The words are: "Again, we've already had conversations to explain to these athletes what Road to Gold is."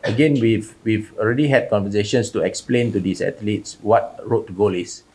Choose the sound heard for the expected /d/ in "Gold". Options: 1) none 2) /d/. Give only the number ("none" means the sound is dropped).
1